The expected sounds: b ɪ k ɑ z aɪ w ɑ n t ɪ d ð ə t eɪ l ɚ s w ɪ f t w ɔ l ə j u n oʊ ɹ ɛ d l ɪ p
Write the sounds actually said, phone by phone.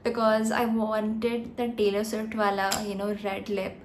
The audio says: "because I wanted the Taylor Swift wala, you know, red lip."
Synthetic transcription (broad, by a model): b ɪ k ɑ z aɪ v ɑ n t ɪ d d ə t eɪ l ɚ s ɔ t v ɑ l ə j u n oʊ ɹ ɛ d l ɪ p